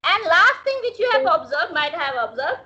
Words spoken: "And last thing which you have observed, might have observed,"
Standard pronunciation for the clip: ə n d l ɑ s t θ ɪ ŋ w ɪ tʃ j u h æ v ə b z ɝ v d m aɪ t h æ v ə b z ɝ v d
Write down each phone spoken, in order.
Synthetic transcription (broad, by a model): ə n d l ɑ s t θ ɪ ŋ w ɪ tʃ j u h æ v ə b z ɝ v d m aɪ t h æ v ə b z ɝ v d